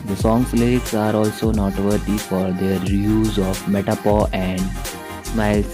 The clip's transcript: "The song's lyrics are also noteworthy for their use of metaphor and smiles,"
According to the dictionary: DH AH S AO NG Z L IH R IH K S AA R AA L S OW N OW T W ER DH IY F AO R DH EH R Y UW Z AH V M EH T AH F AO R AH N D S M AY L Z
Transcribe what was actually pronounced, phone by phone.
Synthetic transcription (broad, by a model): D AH S AO NG S L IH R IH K S AA R AA L S OW N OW T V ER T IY F AO R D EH R Y UW Z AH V M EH T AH P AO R AH N D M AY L